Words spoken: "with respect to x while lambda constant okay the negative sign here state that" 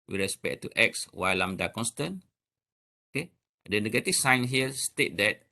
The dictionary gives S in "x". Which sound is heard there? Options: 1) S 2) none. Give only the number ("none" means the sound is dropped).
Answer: 1